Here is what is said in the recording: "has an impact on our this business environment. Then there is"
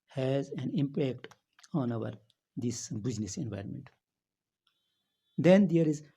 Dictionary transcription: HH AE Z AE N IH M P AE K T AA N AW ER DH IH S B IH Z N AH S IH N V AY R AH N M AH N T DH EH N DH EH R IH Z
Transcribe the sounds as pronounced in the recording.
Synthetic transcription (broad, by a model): HH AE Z AE N IH M P AE K T AA N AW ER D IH S B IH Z N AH S IH N V AY R AH N M AH N T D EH N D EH R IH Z